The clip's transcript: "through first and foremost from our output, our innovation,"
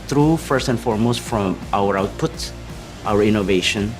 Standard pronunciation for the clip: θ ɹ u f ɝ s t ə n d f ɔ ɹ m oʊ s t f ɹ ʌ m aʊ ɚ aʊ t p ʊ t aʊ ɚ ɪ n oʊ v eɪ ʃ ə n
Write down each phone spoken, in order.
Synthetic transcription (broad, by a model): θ ɹ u f ɝ s t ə n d f ɔ ɹ m oʊ s t f ɹ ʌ m aʊ ɚ aʊ t p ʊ t aʊ ɚ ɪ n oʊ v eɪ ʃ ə n